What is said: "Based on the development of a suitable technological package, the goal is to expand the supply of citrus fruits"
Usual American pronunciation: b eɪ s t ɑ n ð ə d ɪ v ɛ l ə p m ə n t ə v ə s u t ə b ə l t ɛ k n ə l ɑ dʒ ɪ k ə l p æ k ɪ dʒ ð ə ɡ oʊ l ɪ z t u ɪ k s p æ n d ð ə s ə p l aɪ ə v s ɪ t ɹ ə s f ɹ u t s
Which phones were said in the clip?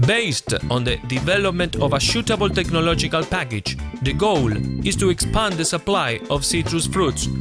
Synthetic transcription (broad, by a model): b eɪ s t ɑ n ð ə d ɪ v ɛ l ə p m ə n t ə v ə ʃ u t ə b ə l t ɛ k n ə l ɑ dʒ ɪ k ə l p æ k ɪ dʒ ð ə ɡ oʊ l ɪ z t u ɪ k s p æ n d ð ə s ə p l aɪ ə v s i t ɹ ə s f ɹ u t s